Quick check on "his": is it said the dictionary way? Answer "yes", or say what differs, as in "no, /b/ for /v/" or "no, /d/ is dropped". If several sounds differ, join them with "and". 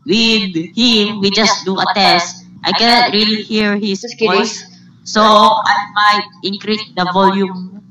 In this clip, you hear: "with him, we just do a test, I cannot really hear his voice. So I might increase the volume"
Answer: no, /s/ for /z/